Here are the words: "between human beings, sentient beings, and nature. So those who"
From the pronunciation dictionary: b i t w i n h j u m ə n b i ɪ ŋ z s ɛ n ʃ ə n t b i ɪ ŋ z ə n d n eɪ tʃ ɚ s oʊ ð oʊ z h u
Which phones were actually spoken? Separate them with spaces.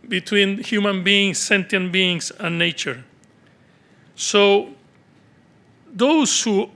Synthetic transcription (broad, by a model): b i t w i n h j u m ə n b i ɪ ŋ s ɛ n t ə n b i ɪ ŋ s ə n n eɪ tʃ ɚ s oʊ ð oʊ s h u